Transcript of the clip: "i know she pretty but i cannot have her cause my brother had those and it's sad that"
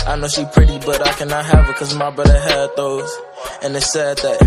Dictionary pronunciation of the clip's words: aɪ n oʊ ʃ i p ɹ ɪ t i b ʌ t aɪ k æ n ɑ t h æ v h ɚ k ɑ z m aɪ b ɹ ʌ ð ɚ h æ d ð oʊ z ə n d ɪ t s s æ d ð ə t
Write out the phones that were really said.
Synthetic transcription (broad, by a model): aɪ n oʊ ʃ i p ɹ ɪ t i b ʌ t aɪ k æ n ɑ t h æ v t k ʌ z m aɪ b ʌ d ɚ h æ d ð oʊ z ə n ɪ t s s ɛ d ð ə t